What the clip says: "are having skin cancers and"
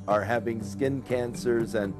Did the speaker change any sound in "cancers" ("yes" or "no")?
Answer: no